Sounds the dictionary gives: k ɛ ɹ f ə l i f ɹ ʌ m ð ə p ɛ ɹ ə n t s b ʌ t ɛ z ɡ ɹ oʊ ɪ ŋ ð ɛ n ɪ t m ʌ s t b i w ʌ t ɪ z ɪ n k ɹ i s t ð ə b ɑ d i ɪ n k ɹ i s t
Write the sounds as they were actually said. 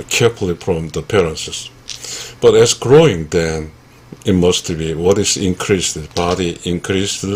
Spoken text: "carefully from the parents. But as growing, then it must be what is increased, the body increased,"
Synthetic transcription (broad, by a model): k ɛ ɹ f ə l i f ɹ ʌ m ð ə p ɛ ɹ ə n s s b ʌ t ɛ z ɡ ɹ oʊ ɪ ŋ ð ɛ n ɪ t m ʌ s t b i w ʌ t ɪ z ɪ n k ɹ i s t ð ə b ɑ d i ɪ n k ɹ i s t